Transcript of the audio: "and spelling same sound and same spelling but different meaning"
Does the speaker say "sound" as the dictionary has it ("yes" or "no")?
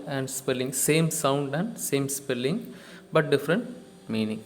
yes